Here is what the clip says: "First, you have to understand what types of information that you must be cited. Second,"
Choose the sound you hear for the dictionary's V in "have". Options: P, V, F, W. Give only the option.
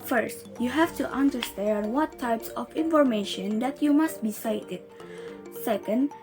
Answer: F